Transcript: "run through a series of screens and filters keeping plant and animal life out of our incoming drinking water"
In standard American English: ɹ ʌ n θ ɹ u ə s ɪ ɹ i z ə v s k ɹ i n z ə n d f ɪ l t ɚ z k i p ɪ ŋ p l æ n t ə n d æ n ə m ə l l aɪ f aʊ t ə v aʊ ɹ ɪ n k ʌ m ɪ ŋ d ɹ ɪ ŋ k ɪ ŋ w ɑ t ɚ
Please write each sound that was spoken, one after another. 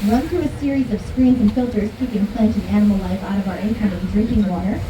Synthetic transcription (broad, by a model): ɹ ʌ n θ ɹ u ə s ɪ ɹ i z ə v s k ɹ i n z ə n f ɪ l t ɚ z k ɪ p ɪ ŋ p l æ n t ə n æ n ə m l l aɪ f aʊ t ə v aʊ ɹ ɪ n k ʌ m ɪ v d ɹ ɪ ŋ k ɪ ŋ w ɑ t ɚ